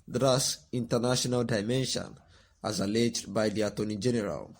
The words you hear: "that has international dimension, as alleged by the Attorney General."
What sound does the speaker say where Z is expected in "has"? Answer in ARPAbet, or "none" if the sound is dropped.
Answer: S